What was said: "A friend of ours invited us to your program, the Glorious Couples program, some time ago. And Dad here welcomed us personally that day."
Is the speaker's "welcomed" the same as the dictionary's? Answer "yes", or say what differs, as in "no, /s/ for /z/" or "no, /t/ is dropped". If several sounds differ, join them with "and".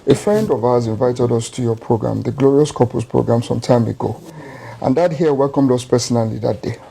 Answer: yes